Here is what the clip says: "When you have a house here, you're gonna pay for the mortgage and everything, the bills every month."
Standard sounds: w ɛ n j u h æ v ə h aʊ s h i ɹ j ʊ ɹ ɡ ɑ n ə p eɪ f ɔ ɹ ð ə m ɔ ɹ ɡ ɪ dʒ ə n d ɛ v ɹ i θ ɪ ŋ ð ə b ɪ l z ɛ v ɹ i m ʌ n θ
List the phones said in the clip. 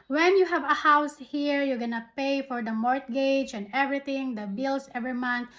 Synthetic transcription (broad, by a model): w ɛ n j u h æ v ə h aʊ s h i ɹ j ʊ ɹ ɡ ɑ n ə p eɪ f ɔ ɹ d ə m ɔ ɹ ɡ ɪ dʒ ə n d ɛ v ɹ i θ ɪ ŋ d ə b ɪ l s ɛ v ɹ i m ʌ n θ